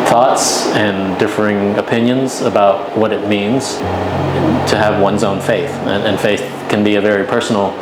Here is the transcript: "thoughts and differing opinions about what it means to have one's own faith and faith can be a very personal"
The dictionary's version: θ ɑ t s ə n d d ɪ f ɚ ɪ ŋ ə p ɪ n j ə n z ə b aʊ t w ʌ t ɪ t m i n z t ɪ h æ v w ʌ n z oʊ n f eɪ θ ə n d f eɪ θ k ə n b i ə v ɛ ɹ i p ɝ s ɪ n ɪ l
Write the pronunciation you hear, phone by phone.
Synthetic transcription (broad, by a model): θ ɑ t s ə n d d ɪ f ɚ ɪ ŋ ə p ɪ n j ə n z ə b aʊ t w ʌ t ɪ t m i n z t ɪ v w ʌ n z oʊ n f eɪ θ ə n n f eɪ θ k ə n b i ə v ɛ ɹ i p ɝ s n l